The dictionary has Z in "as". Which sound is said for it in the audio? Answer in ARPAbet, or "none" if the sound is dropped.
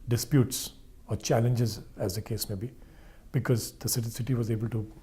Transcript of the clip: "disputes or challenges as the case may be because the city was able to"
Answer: Z